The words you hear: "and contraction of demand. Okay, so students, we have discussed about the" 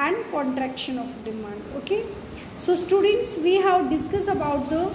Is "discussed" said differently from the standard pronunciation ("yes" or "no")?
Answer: yes